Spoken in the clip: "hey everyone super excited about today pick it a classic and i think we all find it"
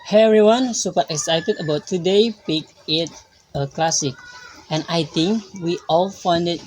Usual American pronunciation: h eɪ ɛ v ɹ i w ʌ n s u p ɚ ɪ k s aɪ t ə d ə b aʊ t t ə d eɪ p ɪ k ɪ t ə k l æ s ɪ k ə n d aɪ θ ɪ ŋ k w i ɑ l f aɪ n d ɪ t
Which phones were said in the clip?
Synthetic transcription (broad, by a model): h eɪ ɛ ɹ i w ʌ n s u p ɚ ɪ k s aɪ t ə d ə b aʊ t t ə d eɪ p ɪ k ɪ t ə k l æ s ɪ k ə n aɪ t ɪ ŋ k w i ɑ l f aɪ n d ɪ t